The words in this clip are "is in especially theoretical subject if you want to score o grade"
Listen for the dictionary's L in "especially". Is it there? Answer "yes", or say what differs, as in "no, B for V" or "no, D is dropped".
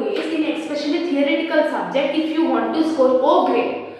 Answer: no, N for L